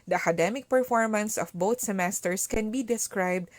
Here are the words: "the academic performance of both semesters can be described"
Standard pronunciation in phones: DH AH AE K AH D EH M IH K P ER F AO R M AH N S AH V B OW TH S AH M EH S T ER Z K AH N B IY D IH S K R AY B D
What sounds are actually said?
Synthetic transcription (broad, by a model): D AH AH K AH D EH M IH K P ER F AO R M AH N S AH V B OW T S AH M EH S T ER S K AH N B IY D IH S K R AY B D